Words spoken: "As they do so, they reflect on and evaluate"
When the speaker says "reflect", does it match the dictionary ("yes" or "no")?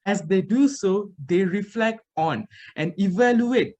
yes